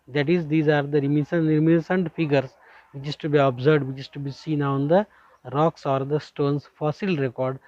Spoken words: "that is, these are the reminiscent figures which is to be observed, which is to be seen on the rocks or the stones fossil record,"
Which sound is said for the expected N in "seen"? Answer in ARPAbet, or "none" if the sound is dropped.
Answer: N